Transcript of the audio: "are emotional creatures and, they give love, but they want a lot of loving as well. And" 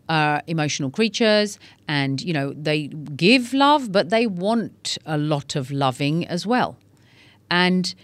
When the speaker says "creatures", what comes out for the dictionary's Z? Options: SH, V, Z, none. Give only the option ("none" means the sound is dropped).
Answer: Z